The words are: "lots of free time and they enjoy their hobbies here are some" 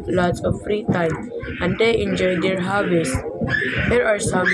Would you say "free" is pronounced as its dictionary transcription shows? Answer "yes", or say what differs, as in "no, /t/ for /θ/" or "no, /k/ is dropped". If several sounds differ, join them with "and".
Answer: yes